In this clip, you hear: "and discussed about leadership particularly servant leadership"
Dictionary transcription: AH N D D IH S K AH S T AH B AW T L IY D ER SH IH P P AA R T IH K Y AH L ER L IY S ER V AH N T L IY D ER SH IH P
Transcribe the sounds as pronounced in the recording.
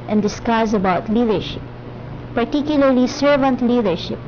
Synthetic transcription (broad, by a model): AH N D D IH S K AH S AH B AW T L IY D ER SH IH P P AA R T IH K Y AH L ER L IY S ER V AH N T L IY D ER SH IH P